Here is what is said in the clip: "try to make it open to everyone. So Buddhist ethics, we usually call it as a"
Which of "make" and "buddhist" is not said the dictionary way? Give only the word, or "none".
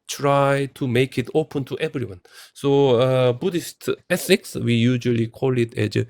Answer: none